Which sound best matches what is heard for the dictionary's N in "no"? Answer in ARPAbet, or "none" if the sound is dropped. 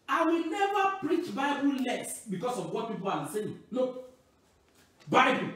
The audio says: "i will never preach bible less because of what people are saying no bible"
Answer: L